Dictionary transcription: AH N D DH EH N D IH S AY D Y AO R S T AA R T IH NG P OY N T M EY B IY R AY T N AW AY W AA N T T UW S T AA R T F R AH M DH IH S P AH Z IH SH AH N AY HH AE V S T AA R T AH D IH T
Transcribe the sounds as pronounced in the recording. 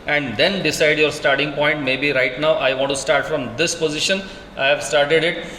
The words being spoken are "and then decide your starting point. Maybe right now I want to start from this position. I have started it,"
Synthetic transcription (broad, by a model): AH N D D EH N D IH S AY D Y AO R S T AA R T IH NG P OY N T M EY B IY R AY T N AW AY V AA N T T UW S T AA R T F R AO M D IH S P AH Z IH SH AH N AY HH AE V S T AA R T AH D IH T